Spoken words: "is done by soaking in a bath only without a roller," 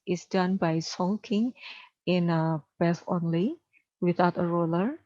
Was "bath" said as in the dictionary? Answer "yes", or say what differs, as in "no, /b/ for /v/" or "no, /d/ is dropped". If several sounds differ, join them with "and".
no, /s/ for /θ/